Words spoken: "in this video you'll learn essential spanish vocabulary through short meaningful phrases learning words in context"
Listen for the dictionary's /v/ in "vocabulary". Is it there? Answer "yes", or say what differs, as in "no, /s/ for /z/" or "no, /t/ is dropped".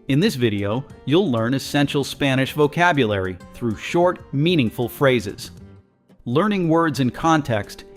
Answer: yes